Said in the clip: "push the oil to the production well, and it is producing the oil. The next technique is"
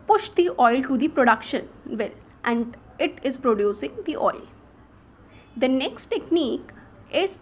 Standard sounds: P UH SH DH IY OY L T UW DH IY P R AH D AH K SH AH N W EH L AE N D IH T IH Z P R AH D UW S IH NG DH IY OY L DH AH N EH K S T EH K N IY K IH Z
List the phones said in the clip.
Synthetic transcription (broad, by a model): P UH SH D IY OY L T UW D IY P R AH D AH K SH AH N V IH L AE N D IH T IH Z P R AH D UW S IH NG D IY OY L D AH N EH K S T EH K N IY K IH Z